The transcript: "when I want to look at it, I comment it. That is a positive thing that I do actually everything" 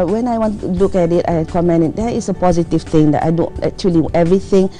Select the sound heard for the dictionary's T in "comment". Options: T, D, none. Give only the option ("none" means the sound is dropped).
none